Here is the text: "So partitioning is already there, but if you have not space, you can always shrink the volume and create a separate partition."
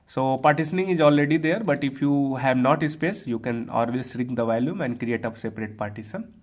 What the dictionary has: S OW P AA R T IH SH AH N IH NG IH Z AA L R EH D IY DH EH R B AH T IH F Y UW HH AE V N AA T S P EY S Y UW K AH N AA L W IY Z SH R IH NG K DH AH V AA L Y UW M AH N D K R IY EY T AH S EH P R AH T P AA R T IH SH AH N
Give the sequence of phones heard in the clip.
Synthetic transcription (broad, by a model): S OW P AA R T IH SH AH N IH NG IH Z AA L R EH D IY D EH R B AH T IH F Y UW HH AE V N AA T S P EY S Y UW K AH N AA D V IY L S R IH K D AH V AA L Y UW M AH N D K R IY EY T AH S EH P R AH T P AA R T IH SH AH N